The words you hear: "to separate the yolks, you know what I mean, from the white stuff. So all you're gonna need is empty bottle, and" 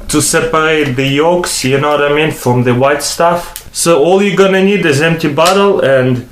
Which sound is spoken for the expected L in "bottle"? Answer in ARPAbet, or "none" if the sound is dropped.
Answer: L